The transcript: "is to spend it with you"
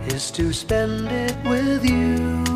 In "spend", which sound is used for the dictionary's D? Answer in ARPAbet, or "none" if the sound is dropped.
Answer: D